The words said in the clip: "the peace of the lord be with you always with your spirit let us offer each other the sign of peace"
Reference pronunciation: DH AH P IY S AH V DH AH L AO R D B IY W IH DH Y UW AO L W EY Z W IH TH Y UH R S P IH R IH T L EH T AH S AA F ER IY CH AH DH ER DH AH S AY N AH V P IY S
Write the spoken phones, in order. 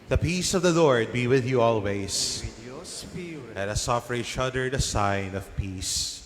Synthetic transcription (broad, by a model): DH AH P IY S AH V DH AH L AO R D B IY W IH DH Y UW AO L W EY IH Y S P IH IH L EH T AH S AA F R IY SH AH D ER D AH S AY N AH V P IY S